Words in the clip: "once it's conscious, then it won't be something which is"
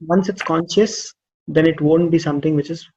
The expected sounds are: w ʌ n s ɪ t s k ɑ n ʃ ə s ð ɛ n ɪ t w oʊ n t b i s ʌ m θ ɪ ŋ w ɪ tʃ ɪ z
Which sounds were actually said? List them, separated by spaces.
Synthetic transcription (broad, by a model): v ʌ n s ɪ t s k ɑ n ʃ ə s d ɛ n ɪ t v oʊ n t b i s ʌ m t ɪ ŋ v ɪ tʃ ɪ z